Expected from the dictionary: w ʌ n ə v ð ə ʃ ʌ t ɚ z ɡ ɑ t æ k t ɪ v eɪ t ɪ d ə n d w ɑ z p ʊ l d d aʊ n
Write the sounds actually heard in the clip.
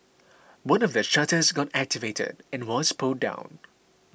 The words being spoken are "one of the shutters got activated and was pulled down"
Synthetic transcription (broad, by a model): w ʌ n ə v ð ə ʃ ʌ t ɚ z ɡ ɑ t æ k t ɪ v eɪ t ɪ d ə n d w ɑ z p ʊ d d aʊ n